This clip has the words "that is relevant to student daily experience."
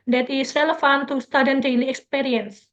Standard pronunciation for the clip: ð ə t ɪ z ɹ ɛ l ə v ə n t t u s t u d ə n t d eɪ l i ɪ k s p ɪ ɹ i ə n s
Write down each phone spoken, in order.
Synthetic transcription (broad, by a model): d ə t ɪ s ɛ l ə f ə n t t u s t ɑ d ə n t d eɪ l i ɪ k s p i ɹ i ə n s